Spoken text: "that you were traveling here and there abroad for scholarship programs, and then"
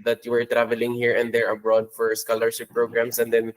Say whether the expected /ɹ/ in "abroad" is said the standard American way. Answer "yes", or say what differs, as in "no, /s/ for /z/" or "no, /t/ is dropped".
yes